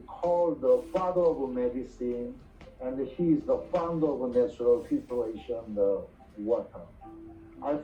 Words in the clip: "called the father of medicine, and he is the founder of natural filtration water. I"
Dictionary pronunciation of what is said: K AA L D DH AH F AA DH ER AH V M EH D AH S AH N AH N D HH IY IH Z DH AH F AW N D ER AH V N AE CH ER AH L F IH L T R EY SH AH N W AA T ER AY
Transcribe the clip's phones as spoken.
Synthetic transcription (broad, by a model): K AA L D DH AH F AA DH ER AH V M EH D AH S AH N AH N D HH IY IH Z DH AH F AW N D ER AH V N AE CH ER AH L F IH T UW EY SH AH N W AA T ER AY